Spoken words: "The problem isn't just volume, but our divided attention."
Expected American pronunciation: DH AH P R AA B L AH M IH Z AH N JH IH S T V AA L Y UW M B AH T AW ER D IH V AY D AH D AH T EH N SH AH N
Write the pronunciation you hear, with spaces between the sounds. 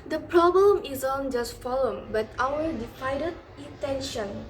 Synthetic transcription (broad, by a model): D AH P R AA B L AH M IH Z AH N JH IH S T F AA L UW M B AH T AW ER D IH F AY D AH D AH T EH N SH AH N